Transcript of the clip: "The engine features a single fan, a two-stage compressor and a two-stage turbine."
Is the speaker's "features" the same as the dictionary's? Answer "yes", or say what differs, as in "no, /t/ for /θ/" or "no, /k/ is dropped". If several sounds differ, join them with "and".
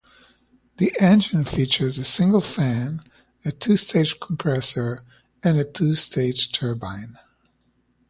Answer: yes